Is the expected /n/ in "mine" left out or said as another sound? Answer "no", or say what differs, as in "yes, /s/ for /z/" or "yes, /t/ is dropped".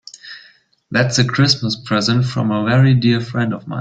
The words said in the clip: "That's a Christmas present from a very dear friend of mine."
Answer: yes, /n/ is dropped